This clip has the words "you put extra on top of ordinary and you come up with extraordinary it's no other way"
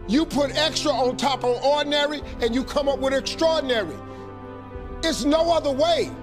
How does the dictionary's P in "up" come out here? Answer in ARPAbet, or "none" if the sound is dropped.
P